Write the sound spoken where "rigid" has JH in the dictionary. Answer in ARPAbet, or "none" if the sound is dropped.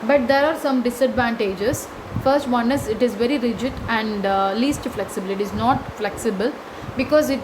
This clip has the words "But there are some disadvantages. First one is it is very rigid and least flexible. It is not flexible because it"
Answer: JH